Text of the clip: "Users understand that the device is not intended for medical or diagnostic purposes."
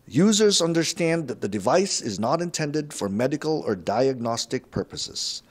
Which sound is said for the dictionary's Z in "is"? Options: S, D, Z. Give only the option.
Z